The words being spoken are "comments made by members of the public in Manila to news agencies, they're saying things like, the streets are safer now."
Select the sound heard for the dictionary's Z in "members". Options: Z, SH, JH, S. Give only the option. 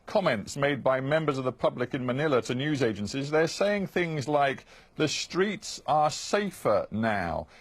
Z